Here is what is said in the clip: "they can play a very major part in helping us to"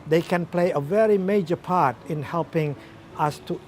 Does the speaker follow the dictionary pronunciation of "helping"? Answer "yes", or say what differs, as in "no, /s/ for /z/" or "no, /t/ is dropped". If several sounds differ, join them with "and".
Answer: yes